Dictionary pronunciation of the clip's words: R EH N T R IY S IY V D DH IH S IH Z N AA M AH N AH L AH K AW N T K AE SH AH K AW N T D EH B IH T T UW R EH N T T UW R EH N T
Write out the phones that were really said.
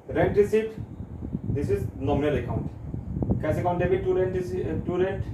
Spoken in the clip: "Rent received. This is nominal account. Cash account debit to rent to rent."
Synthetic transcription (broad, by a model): R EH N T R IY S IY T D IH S IH Z N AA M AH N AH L AH K AW N T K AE S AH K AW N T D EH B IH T T UW R EH N T T UW R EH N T